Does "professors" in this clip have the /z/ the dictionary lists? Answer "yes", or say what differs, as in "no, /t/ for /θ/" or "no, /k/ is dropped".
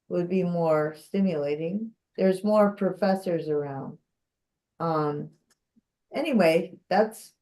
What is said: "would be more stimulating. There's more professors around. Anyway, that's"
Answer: yes